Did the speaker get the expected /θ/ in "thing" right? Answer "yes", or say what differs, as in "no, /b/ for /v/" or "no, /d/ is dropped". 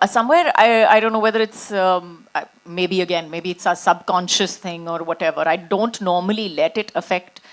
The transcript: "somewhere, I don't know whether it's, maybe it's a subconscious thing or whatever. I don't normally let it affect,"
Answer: no, /t/ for /θ/